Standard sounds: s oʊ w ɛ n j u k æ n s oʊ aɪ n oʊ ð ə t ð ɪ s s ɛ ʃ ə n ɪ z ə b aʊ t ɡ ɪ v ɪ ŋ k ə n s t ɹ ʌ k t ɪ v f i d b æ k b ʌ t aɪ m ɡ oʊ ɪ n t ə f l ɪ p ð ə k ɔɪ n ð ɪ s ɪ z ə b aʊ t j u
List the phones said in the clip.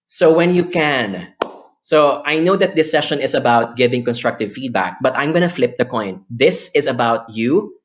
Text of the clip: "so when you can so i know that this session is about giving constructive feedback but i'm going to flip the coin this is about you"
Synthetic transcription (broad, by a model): s oʊ w ɛ n j u k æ n s oʊ aɪ n oʊ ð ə t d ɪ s s ɛ ʃ ə n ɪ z ə b aʊ t ɡ ɪ v ɪ ŋ k ə n s t ɹ ʌ k t ɪ v f i d b æ k b ʌ t aɪ m ɡ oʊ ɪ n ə f l ɪ p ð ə k ɔɪ n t ɪ s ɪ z ə b aʊ t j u